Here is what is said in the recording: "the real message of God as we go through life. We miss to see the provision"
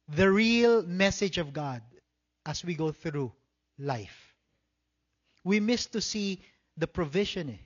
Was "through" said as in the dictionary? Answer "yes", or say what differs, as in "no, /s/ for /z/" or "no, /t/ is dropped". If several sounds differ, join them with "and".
yes